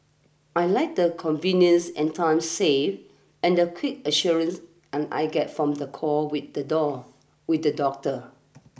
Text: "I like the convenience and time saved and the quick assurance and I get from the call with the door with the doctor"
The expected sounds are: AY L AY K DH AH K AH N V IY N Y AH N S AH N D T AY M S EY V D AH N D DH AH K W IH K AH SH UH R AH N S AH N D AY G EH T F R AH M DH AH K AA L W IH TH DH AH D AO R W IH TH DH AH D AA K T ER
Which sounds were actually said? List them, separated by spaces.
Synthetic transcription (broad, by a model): AY L AY K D AH K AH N V IY N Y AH N S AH N T AY M S EY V AH N D AH K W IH K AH SH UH R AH N S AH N AY G EH T F R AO M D AH K AA W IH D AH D AO W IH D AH D AA K T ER